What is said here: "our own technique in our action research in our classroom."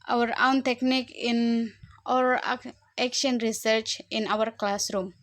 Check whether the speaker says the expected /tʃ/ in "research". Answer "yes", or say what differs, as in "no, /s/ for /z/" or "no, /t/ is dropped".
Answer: yes